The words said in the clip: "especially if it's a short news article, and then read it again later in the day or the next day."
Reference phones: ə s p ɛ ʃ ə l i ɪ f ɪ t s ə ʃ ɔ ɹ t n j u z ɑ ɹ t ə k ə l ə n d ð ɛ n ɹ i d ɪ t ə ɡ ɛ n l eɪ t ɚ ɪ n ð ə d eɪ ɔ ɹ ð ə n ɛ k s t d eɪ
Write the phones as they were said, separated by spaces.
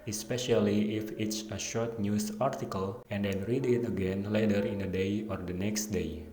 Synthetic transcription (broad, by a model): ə s p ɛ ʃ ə l i ɪ f ɪ t s ə ʃ ɔ ɹ t n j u s ɑ ɹ t ə k ə l ə n d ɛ n ɹ i d ɪ t ə ɡ ɛ n l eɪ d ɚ ɪ n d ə d eɪ ɔ ɹ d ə n ɛ k s t d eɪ